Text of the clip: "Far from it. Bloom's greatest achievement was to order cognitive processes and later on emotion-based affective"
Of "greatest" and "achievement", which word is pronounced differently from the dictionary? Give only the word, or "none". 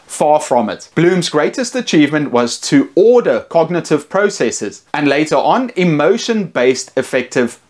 none